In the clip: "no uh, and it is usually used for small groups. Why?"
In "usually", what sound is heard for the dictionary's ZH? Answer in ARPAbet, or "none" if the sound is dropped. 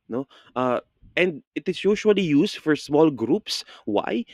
SH